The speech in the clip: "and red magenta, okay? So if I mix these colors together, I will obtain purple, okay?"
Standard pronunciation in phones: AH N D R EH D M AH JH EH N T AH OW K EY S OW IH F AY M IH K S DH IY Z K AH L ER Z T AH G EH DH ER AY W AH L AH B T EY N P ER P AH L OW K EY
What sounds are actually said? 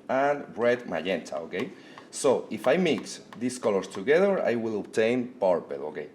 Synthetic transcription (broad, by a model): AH N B R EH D M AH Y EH N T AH OW K EY S OW IH F AY M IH K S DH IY S K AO L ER S T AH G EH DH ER AY W AH L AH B T EY N P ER P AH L OW K EY